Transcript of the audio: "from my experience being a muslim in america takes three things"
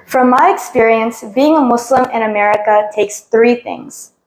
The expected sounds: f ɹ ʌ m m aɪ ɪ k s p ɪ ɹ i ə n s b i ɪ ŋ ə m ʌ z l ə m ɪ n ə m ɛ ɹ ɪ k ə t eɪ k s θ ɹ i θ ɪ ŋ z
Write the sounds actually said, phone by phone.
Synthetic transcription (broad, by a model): f ɹ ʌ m m aɪ ɪ k s p ɪ ɹ i ə n s b i ɪ ŋ ə m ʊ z l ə m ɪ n ə m ɛ ɹ ɪ k ə t eɪ k s θ ɹ i θ ɪ ŋ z